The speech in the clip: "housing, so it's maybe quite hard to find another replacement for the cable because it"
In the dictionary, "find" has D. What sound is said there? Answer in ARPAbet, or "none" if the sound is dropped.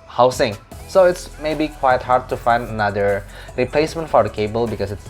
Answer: D